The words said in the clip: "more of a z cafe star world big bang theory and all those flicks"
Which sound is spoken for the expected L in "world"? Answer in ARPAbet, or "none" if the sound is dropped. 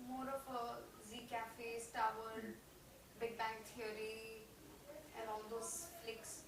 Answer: none